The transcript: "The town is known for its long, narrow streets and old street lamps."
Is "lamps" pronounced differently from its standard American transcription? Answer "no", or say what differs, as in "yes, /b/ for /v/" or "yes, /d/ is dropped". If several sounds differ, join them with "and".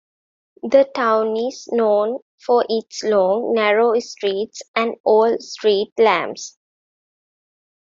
yes, /b/ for /p/